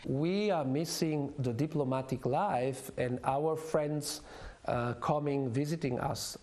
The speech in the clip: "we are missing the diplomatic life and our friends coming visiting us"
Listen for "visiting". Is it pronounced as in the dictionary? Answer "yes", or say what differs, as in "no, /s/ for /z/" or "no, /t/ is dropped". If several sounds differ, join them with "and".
yes